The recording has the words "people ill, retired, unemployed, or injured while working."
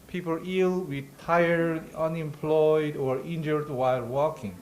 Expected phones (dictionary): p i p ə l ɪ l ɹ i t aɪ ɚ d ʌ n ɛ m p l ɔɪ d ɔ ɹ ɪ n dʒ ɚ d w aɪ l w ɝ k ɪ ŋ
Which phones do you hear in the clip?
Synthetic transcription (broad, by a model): p i p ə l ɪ l w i t aɪ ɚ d ʌ n ɛ m p l ɔɪ d ɔ ɹ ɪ n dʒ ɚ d w aɪ l w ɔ k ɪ ŋ